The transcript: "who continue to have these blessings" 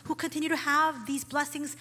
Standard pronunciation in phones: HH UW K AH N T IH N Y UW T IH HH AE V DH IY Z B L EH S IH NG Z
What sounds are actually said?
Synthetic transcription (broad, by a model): HH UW K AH N T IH N Y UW T IH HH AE V DH IY Z B L EH S IH NG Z